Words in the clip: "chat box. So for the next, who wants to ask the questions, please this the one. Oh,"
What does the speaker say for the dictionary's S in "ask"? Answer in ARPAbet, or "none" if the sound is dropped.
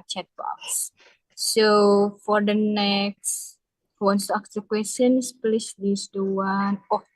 none